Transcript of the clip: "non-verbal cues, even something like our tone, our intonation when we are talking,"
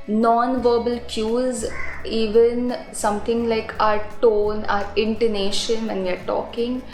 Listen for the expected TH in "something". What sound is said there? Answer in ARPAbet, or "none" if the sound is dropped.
T